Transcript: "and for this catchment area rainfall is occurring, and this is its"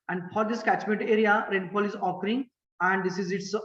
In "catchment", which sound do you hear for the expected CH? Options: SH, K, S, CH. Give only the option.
CH